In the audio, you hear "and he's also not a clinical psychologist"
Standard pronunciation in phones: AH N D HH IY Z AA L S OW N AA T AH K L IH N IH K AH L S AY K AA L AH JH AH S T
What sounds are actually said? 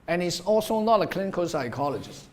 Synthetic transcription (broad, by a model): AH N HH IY S AA L S OW N AA T AH K L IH N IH K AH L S AY K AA L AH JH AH S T